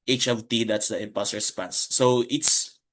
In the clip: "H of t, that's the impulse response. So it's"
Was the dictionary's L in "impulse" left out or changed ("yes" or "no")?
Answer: yes